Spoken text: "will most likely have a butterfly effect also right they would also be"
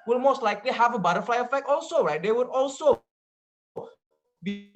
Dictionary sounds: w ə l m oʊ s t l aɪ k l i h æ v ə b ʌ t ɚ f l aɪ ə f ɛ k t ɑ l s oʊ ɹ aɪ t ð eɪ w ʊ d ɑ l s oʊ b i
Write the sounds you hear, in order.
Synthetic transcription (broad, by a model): w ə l m oʊ s t l aɪ k l i h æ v ə b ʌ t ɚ f l aɪ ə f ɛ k ɑ l s oʊ ɹ aɪ t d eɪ w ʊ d ɑ l s oʊ b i